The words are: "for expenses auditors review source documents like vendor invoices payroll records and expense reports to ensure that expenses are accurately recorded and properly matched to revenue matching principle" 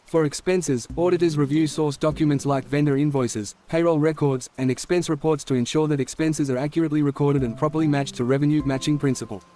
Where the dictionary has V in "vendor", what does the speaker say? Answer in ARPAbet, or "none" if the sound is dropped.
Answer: V